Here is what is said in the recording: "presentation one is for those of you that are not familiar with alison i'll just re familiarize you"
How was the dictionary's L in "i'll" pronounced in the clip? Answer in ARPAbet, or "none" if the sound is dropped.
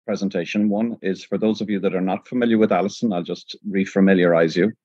L